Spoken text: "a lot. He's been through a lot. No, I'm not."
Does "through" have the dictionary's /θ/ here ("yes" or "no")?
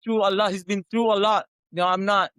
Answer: no